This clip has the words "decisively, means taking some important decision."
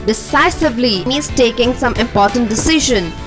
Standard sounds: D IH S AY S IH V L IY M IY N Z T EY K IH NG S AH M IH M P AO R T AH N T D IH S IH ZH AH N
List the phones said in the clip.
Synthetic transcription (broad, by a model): D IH S AY S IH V L IY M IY Z T EY K IH NG S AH M IH M P AO R T AH N T D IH S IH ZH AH N